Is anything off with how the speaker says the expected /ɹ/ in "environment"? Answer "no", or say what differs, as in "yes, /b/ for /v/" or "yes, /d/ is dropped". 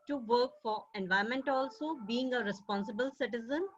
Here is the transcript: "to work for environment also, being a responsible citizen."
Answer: yes, /ɹ/ is dropped